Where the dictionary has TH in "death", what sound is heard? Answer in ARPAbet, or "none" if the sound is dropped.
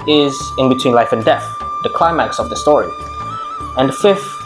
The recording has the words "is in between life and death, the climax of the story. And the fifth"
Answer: TH